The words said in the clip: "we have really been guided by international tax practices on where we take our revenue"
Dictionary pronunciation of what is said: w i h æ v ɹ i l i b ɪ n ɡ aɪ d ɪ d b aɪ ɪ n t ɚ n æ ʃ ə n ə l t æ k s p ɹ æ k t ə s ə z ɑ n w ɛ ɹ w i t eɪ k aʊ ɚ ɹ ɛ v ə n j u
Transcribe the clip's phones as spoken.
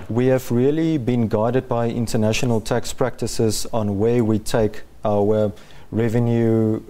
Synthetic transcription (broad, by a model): w i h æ v ɹ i l i b ɪ n ɡ aɪ d ɪ d b aɪ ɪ n t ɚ n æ ʃ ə n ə l t æ k s p ɹ æ k t ə s ə z ɑ n w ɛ w i t eɪ k aʊ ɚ ɹ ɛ v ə n j u